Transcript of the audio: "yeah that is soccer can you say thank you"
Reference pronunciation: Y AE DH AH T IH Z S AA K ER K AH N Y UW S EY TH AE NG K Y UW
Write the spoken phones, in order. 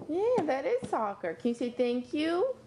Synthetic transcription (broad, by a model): Y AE DH AH T IH Z S AA K ER K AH N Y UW S EY TH AE NG K Y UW